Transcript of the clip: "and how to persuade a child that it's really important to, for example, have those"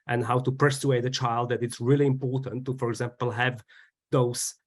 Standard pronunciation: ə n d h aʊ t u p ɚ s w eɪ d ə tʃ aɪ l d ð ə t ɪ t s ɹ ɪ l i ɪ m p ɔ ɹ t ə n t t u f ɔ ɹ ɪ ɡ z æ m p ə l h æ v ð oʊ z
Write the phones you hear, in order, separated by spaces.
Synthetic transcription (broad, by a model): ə n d h aʊ t u p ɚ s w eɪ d ə tʃ aɪ l d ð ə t ɪ t s ɹ ɪ l i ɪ m p ɔ ɹ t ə n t t u f ɔ ɹ ɪ ɡ z æ m p ə l h æ v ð oʊ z